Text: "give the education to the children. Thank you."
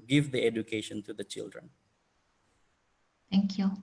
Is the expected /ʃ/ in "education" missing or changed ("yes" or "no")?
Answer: no